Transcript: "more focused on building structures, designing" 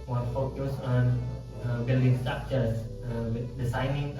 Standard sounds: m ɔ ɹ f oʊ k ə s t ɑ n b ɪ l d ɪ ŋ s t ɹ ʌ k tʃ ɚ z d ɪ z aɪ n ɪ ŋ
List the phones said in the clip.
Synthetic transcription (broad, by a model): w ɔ f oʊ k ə s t ɑ n b ɪ l d ɪ ŋ s t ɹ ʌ k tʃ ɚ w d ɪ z aɪ n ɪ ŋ